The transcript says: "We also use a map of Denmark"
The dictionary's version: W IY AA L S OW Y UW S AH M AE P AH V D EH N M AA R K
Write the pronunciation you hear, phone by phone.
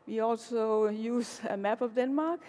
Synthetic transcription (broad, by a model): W IY AA L S OW Y UW S AH M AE B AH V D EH N M AA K